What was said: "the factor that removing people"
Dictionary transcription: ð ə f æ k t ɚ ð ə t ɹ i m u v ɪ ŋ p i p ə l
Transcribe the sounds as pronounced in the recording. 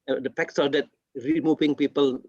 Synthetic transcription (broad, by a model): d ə p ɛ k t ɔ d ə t ɹ i m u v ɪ ŋ p i p ə l